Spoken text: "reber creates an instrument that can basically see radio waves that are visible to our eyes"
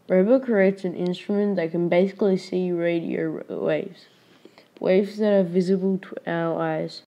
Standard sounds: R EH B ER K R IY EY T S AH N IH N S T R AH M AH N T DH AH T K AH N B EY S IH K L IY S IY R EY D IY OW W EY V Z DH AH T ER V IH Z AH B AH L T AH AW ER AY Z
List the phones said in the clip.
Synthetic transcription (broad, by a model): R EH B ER K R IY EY T S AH N IH N S T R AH M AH N DH AH T K AH N B EY S IH K L IY S IY R EY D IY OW W EY V Z DH AH T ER V IH Z AH B AH L T AH AW ER AY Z